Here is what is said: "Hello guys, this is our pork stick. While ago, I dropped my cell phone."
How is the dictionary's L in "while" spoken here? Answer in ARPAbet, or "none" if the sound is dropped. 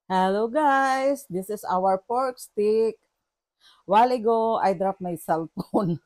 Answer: L